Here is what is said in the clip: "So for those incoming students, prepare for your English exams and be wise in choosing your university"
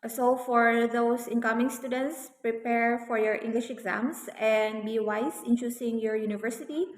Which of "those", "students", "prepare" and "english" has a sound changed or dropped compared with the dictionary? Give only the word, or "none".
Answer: those